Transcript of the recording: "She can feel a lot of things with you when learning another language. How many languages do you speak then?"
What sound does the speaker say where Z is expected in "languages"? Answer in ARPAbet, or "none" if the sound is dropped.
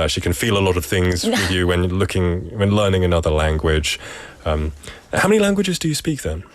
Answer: Z